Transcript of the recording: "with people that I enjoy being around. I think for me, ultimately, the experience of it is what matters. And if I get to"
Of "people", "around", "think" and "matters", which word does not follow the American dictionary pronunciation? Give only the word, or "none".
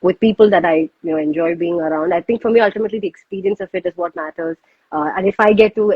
think